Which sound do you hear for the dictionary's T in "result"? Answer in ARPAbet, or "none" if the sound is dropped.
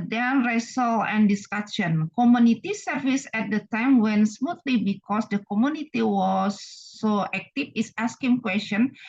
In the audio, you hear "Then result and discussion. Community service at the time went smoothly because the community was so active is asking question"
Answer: none